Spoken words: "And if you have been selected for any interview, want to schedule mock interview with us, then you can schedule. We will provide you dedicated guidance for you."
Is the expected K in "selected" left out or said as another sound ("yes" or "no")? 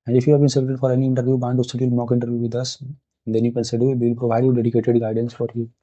yes